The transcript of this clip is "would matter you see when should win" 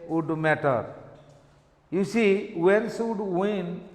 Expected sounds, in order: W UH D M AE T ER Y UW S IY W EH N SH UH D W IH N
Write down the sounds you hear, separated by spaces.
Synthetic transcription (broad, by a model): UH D M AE T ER Y UW S IY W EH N S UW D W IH N